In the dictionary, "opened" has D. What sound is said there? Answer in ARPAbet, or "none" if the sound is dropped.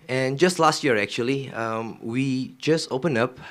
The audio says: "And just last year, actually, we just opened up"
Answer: none